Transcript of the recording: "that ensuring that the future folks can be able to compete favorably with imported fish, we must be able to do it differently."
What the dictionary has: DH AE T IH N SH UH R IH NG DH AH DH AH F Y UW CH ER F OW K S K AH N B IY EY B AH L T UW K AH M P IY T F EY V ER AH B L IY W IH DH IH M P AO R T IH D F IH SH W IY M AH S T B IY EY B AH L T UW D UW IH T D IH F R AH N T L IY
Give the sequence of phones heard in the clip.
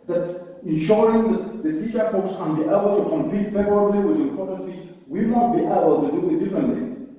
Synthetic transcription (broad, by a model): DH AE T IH N SH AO R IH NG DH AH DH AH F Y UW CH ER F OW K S K AH N B IY EY B AH L T UW K AH M P IY T F EY V ER AH B L IY W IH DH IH P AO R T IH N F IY S W IY M AH S T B IY EY B AH L T UW D UW IH T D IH F R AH N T L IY